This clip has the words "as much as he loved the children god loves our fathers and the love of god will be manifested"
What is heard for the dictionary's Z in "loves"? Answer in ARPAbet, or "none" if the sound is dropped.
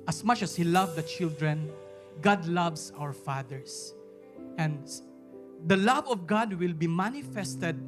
S